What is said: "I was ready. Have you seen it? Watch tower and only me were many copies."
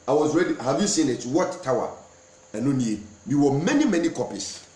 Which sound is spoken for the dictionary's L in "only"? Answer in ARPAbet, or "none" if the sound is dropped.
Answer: W